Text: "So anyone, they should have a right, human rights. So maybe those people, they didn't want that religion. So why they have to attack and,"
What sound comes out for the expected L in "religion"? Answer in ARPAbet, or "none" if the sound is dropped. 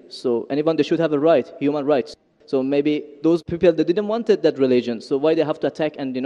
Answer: L